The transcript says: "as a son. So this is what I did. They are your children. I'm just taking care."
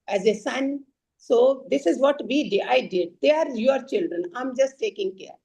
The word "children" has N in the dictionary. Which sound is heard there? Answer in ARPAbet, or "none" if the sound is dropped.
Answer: N